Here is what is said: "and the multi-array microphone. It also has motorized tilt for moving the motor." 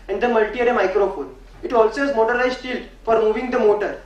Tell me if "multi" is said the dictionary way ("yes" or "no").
yes